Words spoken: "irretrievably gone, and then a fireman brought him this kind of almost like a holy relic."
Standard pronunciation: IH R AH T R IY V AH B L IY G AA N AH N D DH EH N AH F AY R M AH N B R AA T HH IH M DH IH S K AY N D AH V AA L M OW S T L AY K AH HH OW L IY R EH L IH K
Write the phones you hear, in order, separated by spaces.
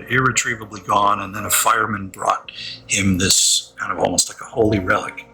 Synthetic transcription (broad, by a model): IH R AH T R IY V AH B L IY G AA N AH N DH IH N AH F AY R M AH N B R AA T HH IH M DH IH S K AY N D AH V AA L M OW S T L AY K AH HH OW L IY R EH L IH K